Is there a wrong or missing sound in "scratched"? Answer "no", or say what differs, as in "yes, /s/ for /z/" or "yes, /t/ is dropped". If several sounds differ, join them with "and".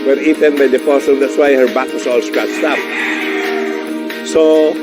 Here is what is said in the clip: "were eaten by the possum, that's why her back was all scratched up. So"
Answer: yes, /s/ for /tʃ/